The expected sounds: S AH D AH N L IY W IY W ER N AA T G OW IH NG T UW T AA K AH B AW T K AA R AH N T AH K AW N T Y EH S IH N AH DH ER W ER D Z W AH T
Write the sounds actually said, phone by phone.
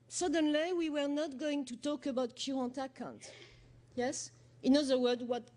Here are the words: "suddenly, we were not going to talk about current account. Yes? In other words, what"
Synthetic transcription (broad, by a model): S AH D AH N L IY W IY W ER N AA T G OW IH NG T UW T AA K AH B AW T K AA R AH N T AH K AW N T Y EH S IH N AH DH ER W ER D W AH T